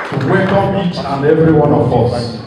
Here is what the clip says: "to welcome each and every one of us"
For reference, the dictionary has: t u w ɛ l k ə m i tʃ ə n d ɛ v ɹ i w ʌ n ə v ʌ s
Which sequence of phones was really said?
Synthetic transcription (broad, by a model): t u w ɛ k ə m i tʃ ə n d ɛ v ɹ i w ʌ n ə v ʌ s